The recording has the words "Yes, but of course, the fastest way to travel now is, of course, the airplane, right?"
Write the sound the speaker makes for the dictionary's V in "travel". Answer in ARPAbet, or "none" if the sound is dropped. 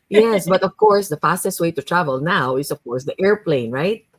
V